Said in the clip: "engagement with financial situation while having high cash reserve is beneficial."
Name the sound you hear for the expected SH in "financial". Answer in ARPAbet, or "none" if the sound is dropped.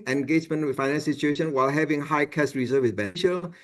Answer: none